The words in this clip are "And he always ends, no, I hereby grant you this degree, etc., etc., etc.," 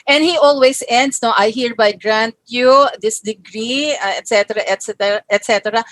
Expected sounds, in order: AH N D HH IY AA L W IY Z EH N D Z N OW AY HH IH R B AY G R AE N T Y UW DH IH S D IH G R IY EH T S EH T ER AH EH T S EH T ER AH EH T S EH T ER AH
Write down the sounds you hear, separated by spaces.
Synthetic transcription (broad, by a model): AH N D HH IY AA L W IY S EH N D S N OW AY HH IH R B AY G R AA N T Y UW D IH S D IH G R IY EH T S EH T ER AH EH T S EH T ER AH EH T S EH T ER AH